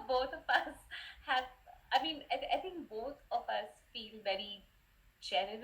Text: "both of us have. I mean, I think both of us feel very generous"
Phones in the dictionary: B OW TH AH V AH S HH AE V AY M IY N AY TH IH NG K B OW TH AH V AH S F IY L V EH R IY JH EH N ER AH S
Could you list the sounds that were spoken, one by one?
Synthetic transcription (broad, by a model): B OW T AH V AH S HH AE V AY M IY N AY T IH NG K B OW T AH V AH S F IY L V EH R IY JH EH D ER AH